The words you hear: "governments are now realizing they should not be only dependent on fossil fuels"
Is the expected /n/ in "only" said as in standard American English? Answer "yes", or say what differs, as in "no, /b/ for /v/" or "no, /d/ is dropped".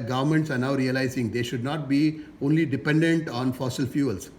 yes